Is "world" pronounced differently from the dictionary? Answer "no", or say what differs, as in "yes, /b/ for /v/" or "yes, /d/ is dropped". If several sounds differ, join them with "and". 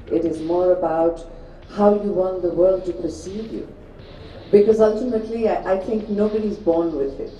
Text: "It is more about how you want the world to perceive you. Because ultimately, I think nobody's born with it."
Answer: no